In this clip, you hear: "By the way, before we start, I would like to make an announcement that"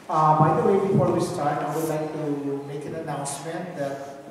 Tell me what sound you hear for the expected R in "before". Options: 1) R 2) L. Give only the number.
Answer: 2